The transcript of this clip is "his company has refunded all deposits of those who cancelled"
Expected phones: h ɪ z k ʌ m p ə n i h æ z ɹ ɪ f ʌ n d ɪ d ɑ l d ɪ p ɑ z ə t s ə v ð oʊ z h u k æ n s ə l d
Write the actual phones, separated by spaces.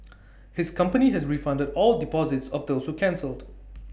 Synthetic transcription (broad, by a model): h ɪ s k ʌ m p ə n i h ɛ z ɹ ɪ f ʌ n d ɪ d ɑ l d ɪ p ɑ z ə t s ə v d oʊ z h u k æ n s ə l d